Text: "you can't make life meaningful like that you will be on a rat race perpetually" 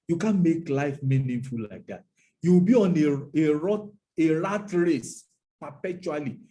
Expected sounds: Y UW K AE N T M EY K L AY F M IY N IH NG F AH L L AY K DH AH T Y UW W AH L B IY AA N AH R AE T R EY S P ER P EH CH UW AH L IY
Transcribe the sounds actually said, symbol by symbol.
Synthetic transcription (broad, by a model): Y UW K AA N M EY K L AY F M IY N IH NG F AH L L AY K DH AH T Y UW W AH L B IY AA N AH R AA T R EY S P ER P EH CH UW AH L IY